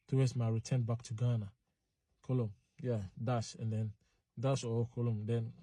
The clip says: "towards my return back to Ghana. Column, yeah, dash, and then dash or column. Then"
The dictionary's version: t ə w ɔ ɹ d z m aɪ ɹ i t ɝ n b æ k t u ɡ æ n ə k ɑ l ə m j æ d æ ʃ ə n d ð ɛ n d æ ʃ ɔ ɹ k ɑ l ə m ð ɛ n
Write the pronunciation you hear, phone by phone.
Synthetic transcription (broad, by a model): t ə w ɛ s m aɪ ɹ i t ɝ n b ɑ k t u ɡ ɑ n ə k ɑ l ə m j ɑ d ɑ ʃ ə n d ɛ n d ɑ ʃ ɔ w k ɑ l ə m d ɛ n